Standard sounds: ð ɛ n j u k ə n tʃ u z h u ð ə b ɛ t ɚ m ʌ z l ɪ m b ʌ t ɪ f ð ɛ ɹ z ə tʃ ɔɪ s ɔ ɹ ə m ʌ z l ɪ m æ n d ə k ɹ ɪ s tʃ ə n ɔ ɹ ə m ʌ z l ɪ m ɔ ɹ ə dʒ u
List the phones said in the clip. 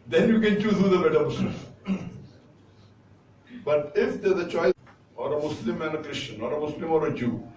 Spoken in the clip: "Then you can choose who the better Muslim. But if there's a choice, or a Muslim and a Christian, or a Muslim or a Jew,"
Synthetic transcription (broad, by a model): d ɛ n j u k ə n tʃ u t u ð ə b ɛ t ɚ m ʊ s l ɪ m b ʌ t ɪ f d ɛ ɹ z ə tʃ ɔɪ ɔ ɹ ə m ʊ s l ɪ m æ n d ə k ɹ ɪ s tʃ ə n ɔ ɹ ə m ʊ s l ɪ m ɔ ɹ ə dʒ u